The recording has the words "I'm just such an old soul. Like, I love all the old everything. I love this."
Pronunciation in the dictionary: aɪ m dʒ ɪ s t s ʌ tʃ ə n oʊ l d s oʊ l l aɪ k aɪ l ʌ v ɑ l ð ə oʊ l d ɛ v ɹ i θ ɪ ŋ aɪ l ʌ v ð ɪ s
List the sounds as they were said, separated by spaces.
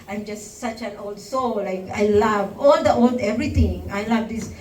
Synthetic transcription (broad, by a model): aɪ m dʒ ɪ s t s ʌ tʃ ə n oʊ l d s oʊ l l aɪ k aɪ l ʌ v ɑ l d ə oʊ l d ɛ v ɹ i t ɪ ŋ aɪ l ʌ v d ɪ s